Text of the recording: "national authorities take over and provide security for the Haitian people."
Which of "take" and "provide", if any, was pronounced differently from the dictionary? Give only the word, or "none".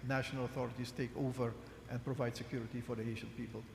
none